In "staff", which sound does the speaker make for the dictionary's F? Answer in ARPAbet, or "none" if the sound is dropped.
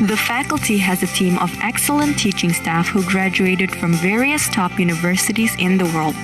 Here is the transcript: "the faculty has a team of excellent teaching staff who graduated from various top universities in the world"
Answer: F